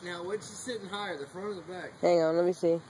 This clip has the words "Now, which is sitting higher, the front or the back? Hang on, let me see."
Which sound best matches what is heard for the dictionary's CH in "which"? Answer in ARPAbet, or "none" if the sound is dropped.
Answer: S